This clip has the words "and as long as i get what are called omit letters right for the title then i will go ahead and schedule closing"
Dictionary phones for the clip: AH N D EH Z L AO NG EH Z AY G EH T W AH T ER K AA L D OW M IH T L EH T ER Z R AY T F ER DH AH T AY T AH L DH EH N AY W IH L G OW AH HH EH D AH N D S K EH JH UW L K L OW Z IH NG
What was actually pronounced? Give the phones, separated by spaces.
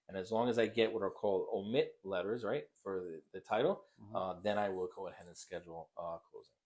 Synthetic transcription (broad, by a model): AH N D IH Z L AO NG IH Z AY G EH T W AH T ER K AA L D OW M IH T L EH T ER Z R AY T F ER DH AH T AY T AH DH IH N AY W IH L G OW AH HH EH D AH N S K EH JH L K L OW Z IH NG